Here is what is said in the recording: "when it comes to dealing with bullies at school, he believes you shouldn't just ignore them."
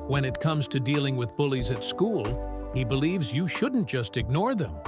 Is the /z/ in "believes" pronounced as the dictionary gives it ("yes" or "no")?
yes